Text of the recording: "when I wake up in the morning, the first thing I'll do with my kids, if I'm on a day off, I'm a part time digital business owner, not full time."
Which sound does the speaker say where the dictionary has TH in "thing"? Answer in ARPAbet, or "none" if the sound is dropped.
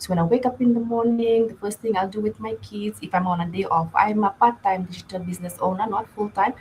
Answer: T